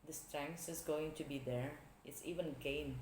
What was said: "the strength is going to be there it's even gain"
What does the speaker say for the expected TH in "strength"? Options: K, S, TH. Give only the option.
S